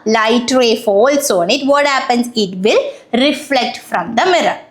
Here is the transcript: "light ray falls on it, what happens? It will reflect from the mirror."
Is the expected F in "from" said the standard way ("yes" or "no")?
yes